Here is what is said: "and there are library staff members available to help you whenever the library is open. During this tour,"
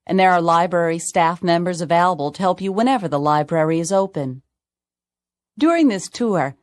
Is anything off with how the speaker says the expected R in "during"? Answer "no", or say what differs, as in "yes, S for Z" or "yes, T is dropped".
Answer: no